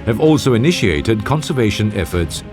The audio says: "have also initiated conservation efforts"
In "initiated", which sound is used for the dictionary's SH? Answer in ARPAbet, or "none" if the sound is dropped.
SH